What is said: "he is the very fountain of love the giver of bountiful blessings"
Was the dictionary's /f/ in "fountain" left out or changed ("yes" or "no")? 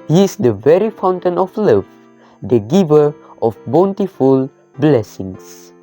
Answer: no